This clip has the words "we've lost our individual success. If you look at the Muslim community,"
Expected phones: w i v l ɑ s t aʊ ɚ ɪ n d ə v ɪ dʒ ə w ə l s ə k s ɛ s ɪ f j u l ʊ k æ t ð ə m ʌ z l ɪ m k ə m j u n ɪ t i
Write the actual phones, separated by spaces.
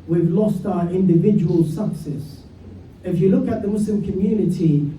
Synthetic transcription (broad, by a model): w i v l ɑ s t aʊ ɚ ɪ n d ə v ɪ dʒ ə w ə l s ə k s ɛ s ɪ f j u l ʊ k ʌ t ð ə m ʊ s l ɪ m k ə m j u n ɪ t i